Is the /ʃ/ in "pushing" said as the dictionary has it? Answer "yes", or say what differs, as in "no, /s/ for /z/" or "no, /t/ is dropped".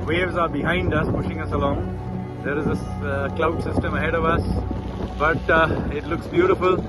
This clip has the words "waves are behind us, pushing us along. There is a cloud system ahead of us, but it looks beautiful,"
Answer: yes